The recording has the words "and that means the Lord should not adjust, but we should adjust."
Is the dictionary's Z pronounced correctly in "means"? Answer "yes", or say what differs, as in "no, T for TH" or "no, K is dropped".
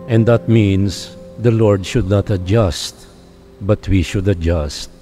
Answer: no, S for Z